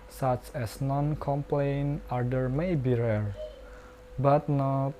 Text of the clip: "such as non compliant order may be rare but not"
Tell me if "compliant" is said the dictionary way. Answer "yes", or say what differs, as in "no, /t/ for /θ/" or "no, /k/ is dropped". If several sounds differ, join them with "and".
no, /t/ is dropped